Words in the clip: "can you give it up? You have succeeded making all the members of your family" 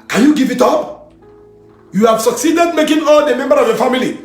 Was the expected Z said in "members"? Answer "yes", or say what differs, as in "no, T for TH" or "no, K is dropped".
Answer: no, Z is dropped